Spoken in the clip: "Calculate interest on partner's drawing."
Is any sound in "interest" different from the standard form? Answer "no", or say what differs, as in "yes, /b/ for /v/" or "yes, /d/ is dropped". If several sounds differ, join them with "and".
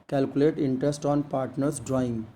no